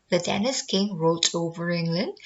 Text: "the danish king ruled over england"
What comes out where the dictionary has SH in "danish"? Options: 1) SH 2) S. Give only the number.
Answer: 2